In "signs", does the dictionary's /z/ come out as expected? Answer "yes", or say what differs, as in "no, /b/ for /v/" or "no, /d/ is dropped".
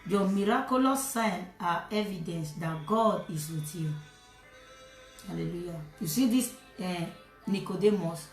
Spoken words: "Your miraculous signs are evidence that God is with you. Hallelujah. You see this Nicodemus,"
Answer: no, /z/ is dropped